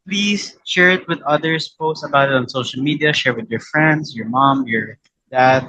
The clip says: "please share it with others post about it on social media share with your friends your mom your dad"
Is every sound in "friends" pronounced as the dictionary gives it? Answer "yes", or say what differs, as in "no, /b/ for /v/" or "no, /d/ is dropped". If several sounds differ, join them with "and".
no, /s/ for /z/